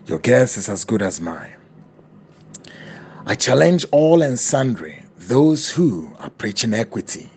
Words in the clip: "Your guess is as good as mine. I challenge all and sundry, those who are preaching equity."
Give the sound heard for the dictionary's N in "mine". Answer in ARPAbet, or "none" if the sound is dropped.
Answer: none